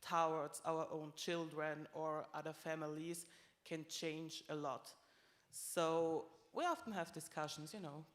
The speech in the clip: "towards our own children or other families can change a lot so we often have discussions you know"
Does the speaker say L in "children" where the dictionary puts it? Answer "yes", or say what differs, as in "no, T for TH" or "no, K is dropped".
yes